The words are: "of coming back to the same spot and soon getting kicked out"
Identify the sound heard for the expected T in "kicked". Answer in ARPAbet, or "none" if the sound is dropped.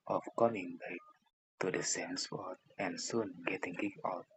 none